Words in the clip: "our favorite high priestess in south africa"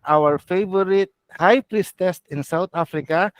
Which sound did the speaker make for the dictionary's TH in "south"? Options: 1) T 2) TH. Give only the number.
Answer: 1